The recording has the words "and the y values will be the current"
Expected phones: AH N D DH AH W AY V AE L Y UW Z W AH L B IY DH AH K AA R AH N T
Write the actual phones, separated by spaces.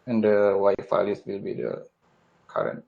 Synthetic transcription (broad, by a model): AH N D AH W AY F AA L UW S W AH L B IY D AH K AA R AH N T